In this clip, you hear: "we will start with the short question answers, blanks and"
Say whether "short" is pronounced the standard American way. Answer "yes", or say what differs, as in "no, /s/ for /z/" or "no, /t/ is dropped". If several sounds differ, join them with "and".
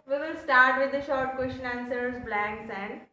yes